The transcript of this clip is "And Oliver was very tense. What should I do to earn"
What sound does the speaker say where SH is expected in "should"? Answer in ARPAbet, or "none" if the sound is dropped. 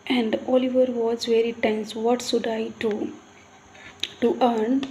S